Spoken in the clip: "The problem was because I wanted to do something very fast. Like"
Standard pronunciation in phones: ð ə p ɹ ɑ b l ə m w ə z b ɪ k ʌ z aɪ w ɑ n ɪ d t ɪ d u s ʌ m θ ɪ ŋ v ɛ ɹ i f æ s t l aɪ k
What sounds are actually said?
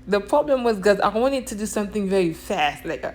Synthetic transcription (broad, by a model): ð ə p ɹ ɑ b l ə m w ə z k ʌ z aɪ w ɑ n ɪ d t ɪ d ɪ s ʌ m θ ɪ ŋ v ɛ ɹ i f æ s t l aɪ k